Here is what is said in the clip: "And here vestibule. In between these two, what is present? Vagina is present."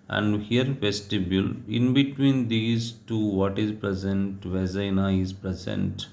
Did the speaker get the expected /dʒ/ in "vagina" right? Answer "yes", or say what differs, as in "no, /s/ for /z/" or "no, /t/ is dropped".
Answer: no, /z/ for /dʒ/